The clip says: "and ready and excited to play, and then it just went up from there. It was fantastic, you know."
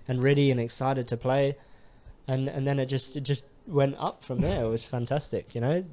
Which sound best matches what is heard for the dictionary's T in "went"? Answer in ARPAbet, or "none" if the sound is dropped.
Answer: T